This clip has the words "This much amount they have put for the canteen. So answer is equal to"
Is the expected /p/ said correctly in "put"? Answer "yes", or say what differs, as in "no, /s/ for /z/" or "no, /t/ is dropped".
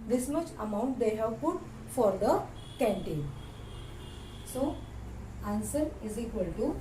no, /f/ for /p/